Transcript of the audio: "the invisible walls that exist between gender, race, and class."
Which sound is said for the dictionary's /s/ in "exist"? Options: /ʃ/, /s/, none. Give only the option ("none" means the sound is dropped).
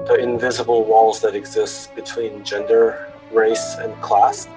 /s/